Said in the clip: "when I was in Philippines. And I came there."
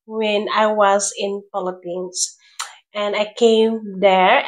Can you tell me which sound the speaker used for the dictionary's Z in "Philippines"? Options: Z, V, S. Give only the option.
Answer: S